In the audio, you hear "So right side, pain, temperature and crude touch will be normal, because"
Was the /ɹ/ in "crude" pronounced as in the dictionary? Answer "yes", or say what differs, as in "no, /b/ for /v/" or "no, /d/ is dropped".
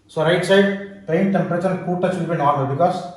no, /ɹ/ is dropped